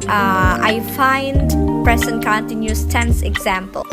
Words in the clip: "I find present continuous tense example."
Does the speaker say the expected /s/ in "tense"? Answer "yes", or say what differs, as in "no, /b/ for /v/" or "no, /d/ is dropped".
yes